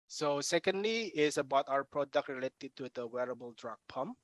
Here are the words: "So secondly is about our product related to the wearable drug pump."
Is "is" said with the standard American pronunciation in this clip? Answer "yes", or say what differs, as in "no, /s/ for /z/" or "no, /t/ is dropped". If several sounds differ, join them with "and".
no, /s/ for /z/